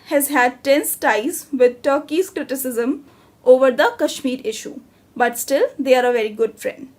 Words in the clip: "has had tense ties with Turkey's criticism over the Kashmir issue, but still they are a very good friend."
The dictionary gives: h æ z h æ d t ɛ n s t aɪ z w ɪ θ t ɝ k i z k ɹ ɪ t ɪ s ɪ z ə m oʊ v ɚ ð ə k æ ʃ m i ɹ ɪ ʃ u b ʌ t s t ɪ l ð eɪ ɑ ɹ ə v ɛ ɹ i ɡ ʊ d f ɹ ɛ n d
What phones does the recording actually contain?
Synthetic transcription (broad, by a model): h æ z h æ d t ɛ n s t aɪ z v ɪ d t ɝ k i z k ɹ ɪ t ɪ s ɪ z ə m oʊ v ɚ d ə k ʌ ʃ m i ɹ ɪ ʃ u b ʌ t s t ɪ l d eɪ ɑ ɹ ə v ɛ ɹ i ɡ ʊ d f ɹ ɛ n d